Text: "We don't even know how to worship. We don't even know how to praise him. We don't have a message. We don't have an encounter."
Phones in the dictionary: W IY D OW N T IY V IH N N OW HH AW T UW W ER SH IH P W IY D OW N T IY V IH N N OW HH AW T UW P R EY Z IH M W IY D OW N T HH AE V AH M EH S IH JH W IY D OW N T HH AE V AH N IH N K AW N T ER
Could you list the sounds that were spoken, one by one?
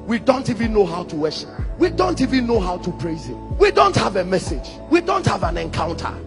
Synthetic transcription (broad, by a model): W IY D OW N T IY V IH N N OW HH AW T UW W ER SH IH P W IY D OW N T IY V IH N N OW HH AW T UW P R EY Z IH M W IY D OW N T HH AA V AH M EH S IH JH W IY D OW N T HH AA V AH N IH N K AW N T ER